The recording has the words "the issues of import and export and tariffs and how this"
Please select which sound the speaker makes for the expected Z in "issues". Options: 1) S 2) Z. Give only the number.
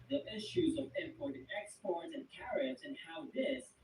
2